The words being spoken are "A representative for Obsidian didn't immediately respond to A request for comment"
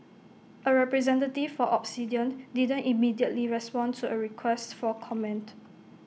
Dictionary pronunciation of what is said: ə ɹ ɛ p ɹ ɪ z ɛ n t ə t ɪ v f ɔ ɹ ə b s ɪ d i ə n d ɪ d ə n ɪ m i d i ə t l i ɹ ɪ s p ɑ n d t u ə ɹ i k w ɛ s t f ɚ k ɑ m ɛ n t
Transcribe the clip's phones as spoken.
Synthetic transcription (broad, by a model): ə ɹ ɛ p ɹ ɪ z ɛ n t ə t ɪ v f ɔ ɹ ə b s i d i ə n d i d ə n ɪ m i d i ə t l i ɹ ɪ s p ɑ n t u ə ɹ i k w ɛ s t f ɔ k ɑ m ɛ n t